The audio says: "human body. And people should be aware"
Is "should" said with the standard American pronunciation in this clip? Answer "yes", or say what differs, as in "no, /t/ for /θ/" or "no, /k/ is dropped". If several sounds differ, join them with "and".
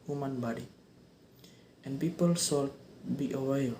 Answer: no, /s/ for /ʃ/